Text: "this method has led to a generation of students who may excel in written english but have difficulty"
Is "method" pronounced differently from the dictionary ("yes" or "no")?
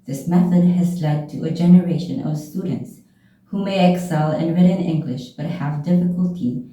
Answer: no